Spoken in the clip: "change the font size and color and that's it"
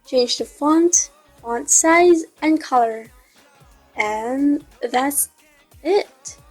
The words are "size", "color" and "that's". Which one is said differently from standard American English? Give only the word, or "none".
none